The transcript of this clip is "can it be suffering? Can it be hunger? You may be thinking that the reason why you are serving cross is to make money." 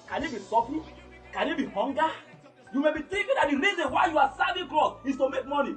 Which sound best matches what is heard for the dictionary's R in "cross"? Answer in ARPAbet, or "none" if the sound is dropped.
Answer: L